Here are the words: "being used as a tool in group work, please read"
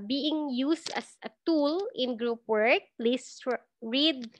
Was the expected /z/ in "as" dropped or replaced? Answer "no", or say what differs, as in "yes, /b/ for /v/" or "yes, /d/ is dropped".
yes, /s/ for /z/